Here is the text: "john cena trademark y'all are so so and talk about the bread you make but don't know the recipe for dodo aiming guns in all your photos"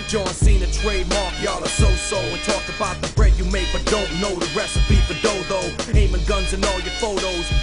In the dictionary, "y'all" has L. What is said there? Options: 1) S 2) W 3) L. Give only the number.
3